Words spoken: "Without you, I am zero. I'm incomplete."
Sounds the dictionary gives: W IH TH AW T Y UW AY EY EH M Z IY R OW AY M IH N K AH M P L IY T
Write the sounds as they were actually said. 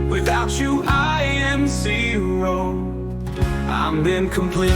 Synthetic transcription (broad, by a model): W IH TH AW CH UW AY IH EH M S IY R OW AY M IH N K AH M P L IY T